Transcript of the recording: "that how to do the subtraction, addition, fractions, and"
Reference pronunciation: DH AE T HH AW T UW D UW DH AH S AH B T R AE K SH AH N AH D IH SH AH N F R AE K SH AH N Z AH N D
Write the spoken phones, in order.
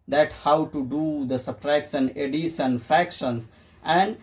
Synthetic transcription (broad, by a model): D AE T HH AW T UW D UW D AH S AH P R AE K S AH N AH D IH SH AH N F R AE K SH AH N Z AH N D